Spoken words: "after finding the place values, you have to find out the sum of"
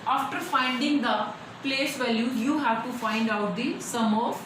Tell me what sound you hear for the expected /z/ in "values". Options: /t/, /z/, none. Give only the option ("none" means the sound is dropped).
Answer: none